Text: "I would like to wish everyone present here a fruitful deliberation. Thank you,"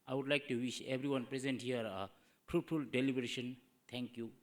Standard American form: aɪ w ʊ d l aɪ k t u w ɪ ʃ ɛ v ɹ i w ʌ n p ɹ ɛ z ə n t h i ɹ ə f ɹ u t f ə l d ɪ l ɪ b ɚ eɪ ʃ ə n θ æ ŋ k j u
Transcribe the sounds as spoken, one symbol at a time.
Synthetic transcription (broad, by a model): aɪ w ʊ d l aɪ k t u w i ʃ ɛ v ɹ i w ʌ n p ɹ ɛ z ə n t h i ɹ ə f ɹ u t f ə l d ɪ l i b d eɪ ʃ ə n t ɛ ŋ k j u